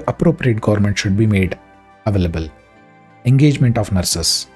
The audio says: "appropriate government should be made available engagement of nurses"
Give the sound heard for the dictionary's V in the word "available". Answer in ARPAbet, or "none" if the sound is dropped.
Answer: V